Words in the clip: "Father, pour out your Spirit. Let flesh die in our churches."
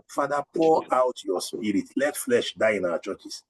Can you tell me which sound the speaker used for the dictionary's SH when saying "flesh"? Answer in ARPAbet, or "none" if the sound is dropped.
SH